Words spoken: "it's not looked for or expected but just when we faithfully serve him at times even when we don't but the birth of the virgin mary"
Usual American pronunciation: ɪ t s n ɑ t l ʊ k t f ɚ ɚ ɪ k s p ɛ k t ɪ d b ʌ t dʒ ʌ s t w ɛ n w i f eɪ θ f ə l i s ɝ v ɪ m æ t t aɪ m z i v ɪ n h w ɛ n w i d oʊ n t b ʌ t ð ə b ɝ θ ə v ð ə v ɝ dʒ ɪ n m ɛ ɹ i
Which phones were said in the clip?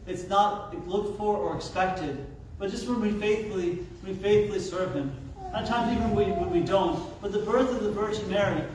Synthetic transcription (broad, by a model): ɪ t s n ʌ t l ʊ k t f ɚ ɚ ɪ k s p ɛ k t ɪ d b ʌ t dʒ ʌ s t w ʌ n w i f eɪ θ f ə l i s ɝ v ɪ m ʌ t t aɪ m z i v ɪ n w w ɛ n w i d oʊ n t b ʌ t ð ə b ɝ θ ə v ð ə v ɝ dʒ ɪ m ɛ ɹ i